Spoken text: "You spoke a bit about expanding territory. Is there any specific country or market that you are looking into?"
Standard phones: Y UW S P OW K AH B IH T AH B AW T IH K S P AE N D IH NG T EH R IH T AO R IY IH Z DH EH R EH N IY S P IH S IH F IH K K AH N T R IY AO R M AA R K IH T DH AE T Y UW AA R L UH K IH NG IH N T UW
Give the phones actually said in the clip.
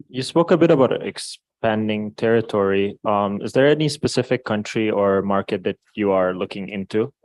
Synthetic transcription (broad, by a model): Y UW S P OW K AH B IH T AH B AW T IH K S P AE N D IH NG T EH R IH T AO R IY IH Z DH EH R EH N IY S P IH S IH F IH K K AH N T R IY AO R M AA R K IH T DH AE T Y UW AA R L UH K IH NG IH N T UW